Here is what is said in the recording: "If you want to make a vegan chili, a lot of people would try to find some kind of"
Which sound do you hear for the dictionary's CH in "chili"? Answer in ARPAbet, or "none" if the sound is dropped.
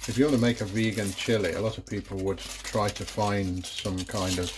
CH